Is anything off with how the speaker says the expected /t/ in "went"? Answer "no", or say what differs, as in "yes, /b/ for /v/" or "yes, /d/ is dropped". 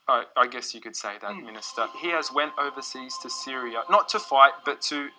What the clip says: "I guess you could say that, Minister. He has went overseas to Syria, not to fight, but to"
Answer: no